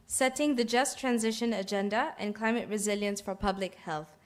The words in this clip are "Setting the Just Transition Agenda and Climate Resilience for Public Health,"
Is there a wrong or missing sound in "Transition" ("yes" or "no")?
no